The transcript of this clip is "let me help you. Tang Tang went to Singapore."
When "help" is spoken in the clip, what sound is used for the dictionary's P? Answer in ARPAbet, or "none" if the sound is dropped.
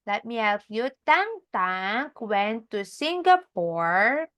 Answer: F